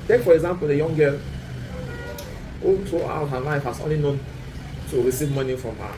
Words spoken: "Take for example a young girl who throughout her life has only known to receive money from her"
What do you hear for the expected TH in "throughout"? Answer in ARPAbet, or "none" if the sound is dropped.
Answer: T